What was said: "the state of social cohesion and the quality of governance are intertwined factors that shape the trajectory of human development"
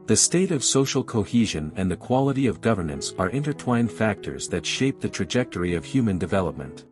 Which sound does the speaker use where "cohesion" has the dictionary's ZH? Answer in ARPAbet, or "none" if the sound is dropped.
ZH